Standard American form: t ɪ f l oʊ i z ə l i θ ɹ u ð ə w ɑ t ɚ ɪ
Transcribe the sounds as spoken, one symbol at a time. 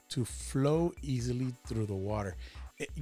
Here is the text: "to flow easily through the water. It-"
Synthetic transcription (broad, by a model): t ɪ f l oʊ i z ə l i θ ɹ u ð ə w ɑ t ɚ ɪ